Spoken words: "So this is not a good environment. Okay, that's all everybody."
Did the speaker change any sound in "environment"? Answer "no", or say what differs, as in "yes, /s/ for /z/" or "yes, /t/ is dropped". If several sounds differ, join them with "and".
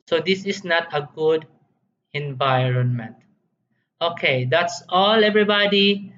no